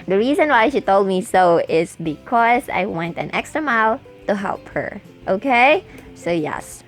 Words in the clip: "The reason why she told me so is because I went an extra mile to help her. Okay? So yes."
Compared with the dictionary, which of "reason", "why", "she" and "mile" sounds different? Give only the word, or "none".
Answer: none